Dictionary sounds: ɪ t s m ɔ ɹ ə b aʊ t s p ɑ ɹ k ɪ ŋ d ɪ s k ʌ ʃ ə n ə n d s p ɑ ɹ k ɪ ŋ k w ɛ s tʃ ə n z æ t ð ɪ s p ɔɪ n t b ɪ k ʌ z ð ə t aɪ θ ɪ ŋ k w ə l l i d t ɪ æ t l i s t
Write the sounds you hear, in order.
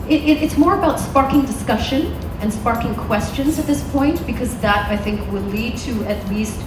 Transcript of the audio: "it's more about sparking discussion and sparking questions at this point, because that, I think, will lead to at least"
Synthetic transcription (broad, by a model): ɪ t s m ɔ ɹ ə b aʊ t s p ɑ ɹ k ɪ ŋ d ɪ s k ʌ ʃ ə n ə n s p ɑ ɹ k ɪ ŋ k w ɛ s tʃ ə n z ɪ t ð ɪ s p ɔɪ n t b ɪ k ʌ z ð ə t aɪ θ ɪ ŋ k w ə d l i d t ɪ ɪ t l i s t